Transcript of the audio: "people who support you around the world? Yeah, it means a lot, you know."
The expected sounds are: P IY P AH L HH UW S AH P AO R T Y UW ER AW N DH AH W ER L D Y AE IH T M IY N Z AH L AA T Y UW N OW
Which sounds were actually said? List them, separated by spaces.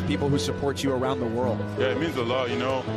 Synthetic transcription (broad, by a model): P IY P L HH UW S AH P AO R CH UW ER AW N DH AH W ER L D Y AE IH T M IY N Z AH L AA T Y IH N OW